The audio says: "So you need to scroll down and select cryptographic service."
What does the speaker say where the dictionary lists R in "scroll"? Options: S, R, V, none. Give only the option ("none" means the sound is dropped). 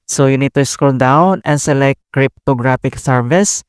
none